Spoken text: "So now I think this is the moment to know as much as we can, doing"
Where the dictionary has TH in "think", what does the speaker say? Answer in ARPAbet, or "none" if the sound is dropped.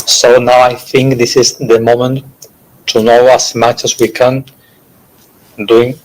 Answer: TH